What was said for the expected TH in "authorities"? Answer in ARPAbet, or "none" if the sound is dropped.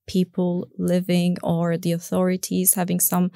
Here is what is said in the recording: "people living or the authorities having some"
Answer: TH